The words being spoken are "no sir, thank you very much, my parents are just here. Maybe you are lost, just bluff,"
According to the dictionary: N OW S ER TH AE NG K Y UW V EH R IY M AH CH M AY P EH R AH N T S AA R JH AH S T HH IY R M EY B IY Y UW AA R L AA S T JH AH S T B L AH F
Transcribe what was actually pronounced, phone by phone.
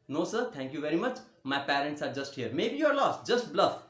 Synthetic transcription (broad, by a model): N OW S ER T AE NG K Y UW V EH R IY M AH CH M AY P EH R AH N T S AA R JH AH S T HH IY R M EY B IY Y UW AA R L AA S T JH AH S T B L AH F